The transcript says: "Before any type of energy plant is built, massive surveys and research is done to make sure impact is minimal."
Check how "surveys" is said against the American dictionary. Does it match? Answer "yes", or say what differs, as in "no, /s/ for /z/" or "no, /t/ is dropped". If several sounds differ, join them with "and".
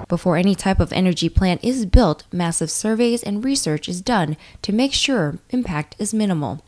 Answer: yes